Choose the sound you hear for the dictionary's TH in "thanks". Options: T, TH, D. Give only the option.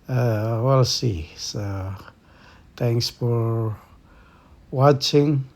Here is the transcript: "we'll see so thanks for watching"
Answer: T